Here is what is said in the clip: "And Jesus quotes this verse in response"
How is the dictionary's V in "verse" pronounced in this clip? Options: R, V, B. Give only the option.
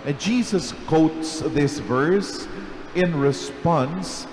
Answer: V